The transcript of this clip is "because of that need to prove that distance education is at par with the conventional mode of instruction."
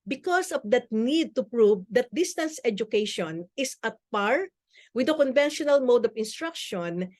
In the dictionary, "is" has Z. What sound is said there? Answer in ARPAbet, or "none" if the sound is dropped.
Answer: S